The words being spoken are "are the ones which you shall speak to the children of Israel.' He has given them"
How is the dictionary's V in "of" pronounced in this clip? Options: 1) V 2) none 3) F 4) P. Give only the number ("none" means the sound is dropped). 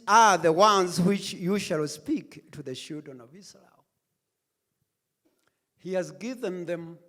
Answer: 1